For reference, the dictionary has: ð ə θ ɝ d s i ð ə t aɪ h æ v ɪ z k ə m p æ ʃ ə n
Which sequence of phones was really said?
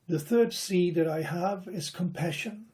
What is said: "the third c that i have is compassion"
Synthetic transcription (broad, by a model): ð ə θ ɝ d s i ð ə t aɪ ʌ v ɪ z k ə m p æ ʃ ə n